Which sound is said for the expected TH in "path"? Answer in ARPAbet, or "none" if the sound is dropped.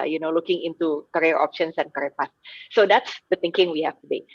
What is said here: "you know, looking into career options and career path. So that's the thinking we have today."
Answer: S